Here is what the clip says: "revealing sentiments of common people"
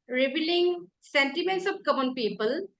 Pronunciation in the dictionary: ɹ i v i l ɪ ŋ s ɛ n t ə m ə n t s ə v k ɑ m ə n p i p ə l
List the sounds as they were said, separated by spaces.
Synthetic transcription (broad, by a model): ɹ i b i l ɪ ŋ s ɛ n t ə m ə n t s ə p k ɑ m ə n p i p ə l